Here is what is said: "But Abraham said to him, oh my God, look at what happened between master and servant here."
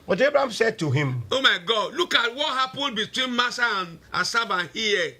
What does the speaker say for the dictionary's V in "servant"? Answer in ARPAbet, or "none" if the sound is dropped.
B